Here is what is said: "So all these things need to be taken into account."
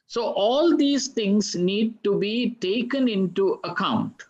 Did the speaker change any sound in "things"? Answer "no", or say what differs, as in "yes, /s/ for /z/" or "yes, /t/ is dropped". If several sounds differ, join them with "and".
yes, /t/ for /θ/